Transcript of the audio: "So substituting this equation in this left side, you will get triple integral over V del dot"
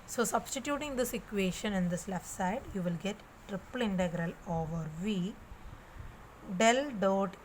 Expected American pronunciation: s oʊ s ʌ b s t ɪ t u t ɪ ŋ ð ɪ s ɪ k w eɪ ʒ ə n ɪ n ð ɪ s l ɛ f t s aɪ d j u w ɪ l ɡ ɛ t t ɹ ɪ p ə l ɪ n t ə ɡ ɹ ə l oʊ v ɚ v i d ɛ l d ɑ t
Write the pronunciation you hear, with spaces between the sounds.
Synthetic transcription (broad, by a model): s oʊ s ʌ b s t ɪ t u t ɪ ŋ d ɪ s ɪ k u eɪ ʃ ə n ɪ n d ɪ s l ɛ f t s aɪ d j u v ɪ l ɡ ɛ t t ɹ ɪ p ə l ɪ n t ə ɡ ɹ ə l oʊ v ɚ v i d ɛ l d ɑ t